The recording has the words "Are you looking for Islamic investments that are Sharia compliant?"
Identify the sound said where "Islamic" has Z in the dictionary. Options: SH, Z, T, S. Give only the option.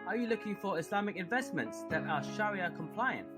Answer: S